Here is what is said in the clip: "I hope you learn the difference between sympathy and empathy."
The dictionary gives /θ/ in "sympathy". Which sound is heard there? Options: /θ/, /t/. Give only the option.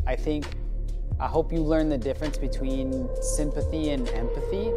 /θ/